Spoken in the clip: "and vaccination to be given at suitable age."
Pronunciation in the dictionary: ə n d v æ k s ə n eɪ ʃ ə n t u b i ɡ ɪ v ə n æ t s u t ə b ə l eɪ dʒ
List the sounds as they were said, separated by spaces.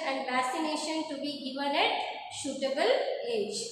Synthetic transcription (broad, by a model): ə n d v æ s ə n eɪ ʃ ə n t u b i ɡ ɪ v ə n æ t ʃ u t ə b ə l eɪ dʒ